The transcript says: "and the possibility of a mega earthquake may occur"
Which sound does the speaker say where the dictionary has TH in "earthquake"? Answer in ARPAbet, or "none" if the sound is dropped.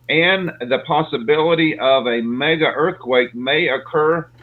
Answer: TH